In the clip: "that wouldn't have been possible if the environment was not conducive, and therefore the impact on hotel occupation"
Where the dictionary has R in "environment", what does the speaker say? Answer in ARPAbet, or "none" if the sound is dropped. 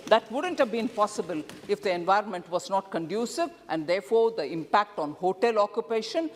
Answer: R